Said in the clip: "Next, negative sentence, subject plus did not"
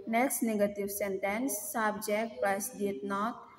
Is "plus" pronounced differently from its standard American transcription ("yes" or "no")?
yes